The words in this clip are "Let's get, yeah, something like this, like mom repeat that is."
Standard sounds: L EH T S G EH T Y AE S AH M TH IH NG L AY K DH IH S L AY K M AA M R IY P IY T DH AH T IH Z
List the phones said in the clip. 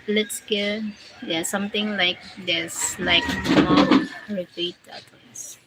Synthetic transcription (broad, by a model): L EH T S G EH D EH S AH M T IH NG L AY K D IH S L AY K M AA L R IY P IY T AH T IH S